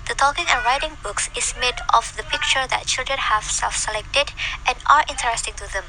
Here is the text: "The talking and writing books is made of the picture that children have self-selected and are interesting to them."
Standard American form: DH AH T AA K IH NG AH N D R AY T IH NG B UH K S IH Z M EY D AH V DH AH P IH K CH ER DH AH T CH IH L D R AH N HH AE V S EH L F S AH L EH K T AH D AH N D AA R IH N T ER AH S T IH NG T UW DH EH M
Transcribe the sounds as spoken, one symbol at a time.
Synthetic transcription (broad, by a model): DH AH T AA K IH NG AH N R AY T IH NG B UH K S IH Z M EY D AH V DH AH P IH K CH ER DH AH T CH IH L D R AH N HH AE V S EH L F S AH L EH K T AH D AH N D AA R IH N T ER AH S T IH NG T UW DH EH M